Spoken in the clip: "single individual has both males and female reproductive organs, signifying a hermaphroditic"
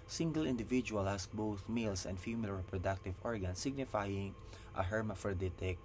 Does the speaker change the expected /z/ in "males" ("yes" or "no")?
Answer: yes